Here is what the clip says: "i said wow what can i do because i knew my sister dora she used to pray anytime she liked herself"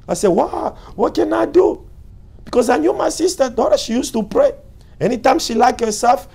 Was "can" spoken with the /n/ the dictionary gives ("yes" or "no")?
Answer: yes